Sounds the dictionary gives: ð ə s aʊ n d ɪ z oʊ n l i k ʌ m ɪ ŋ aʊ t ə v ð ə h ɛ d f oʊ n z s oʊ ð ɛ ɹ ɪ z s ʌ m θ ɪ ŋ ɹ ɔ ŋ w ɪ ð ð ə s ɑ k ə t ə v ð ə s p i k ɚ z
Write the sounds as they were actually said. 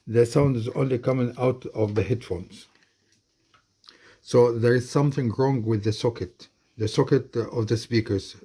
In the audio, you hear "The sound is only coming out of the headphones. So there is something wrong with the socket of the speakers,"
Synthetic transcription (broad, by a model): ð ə s aʊ n d ɪ z oʊ n l i k ʌ m ɪ ŋ aʊ t ə v ð ə h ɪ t f oʊ n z s oʊ ð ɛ ɹ ɪ z s ʌ m θ ɪ ŋ ɹ ɔ ŋ w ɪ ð ð ə s ɑ k ə t ə v ð ə s p i k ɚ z